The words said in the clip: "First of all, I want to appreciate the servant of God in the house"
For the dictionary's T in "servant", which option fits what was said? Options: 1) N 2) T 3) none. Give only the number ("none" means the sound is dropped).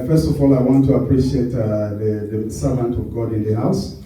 2